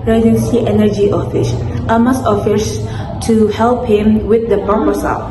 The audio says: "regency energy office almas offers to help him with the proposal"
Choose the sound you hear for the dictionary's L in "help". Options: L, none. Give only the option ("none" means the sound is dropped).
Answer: L